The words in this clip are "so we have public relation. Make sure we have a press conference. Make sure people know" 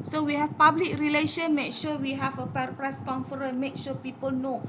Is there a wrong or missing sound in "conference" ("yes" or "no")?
yes